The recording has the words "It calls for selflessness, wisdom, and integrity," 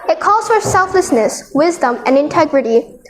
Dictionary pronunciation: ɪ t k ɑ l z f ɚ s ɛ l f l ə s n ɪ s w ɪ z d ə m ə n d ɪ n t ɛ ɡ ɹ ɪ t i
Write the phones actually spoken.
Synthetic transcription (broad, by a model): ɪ t k ɑ l z f ɚ s ɛ l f l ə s n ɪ s w ɪ z d ə m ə n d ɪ n t ɛ ɡ ɹ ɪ t i